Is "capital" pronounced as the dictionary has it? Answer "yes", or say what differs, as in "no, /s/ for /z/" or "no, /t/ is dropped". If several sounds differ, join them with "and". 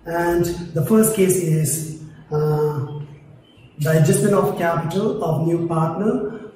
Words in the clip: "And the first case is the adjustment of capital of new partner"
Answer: yes